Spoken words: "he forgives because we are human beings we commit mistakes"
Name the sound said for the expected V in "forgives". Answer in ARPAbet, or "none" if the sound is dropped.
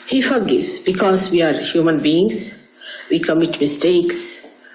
none